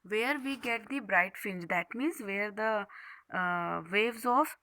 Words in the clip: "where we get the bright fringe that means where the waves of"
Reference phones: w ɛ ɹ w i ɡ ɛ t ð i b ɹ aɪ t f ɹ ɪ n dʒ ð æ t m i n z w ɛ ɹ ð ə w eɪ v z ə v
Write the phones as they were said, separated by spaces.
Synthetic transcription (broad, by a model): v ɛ ɹ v i ɡ ɛ t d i b ɹ aɪ t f ɪ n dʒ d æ t m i n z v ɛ ɹ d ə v eɪ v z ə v